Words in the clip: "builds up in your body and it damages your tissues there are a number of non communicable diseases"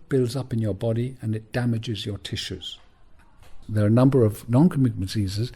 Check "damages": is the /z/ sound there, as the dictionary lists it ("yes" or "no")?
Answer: yes